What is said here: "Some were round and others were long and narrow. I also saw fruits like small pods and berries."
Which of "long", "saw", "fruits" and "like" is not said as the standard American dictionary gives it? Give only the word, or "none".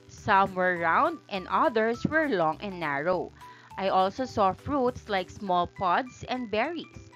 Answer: none